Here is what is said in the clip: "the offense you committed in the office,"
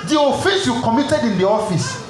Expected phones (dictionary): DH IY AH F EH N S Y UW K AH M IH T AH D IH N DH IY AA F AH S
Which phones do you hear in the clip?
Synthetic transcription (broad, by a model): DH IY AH F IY S Y UW K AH M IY T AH D IH N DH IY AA F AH S